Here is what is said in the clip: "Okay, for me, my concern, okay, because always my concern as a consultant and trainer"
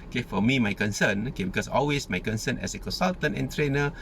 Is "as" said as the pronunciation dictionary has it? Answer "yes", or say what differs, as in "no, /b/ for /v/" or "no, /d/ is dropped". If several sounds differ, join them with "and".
no, /s/ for /z/